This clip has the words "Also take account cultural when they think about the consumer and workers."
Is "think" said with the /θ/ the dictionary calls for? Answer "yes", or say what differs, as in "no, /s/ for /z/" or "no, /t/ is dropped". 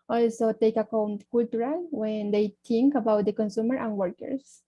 no, /t/ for /θ/